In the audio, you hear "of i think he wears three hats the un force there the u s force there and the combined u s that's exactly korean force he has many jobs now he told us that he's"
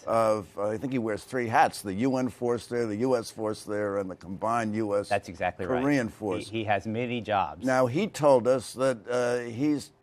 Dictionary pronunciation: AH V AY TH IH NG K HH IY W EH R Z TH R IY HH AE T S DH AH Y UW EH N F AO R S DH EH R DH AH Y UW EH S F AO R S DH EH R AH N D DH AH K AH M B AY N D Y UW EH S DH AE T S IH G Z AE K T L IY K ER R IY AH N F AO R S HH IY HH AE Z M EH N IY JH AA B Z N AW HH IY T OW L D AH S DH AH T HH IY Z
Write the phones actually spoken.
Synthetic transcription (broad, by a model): AH V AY TH IH NG K HH IY W EH R Z TH R IY HH AE T S DH AH Y UW EH N F AO R S DH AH R DH AH Y UW EH S F AO R S DH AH R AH N DH AH K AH M B AY N Y UW EH S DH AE T S IH G Z AE K T L IY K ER R IY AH N F AO R S HH IY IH Z M EH N IY JH AA B Z N AW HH IY T OW L D AH S DH AH T HH IY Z